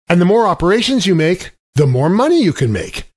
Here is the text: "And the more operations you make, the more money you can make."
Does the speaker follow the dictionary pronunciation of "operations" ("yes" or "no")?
yes